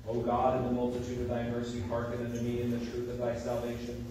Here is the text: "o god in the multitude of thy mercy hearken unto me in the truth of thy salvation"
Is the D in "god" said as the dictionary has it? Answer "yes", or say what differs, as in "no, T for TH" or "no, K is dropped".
yes